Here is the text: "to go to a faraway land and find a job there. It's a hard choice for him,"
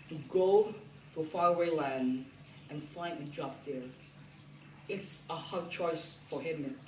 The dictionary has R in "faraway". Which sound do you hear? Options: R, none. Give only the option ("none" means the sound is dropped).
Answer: none